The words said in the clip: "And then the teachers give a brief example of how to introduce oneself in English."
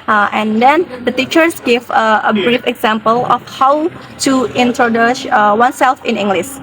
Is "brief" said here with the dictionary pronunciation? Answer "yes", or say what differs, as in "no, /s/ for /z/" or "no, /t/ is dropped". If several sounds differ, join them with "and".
yes